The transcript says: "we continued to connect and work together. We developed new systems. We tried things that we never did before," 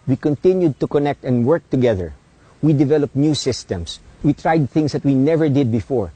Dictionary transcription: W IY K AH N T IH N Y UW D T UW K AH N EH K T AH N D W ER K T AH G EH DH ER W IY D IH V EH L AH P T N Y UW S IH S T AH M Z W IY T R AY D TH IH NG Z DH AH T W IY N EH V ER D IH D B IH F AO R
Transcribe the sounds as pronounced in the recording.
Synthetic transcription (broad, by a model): W IY K AH N T IH N Y UW D T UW K AH N EH K T AH N D W ER K T AH G EH DH ER W IY D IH V EH L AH P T N Y UW S IH S T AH M S W IY T R AY D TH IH NG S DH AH T W IY N EH V ER D IH D B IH F AO R